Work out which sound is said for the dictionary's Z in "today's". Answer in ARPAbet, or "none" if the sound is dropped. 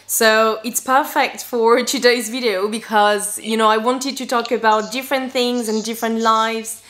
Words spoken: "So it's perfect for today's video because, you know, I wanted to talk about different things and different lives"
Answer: Z